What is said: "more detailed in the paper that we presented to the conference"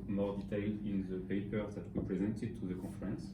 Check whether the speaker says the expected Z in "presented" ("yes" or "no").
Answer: yes